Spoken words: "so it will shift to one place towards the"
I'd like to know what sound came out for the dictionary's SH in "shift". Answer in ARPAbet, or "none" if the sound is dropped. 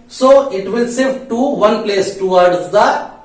S